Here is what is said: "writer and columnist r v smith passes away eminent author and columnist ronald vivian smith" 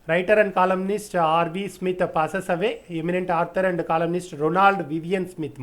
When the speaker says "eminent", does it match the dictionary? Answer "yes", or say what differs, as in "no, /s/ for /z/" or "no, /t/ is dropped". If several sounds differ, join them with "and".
yes